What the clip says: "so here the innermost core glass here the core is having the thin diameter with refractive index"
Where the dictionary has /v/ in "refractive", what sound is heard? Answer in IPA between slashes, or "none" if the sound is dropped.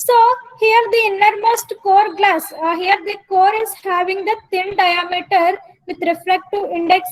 none